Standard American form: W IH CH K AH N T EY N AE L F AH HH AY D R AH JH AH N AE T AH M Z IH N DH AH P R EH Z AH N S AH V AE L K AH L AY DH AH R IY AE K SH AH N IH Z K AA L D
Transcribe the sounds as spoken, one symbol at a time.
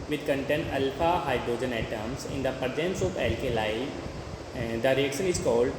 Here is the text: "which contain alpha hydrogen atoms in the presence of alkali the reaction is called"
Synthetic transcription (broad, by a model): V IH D K AH N T EY N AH L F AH HH AY D R AH JH AH N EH T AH M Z IH N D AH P AH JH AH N S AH P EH L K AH L AY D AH R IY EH K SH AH N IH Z K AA L D